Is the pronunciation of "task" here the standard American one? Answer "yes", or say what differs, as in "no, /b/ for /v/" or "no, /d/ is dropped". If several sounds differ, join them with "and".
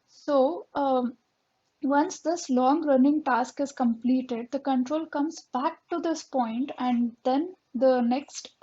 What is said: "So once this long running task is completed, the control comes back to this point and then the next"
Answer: yes